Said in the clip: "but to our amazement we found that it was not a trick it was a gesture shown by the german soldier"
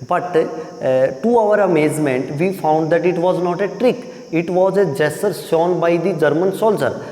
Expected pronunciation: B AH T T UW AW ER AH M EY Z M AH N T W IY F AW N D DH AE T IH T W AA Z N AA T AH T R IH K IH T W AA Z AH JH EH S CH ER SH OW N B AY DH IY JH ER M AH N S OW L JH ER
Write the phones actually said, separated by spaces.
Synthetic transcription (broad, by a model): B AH T T UW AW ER AH M EY Z M AH N T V IY F AW N D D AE T IH T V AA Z N AA T AH T R IH K IH T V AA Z AH JH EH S ER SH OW N B AY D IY JH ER M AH N S OW L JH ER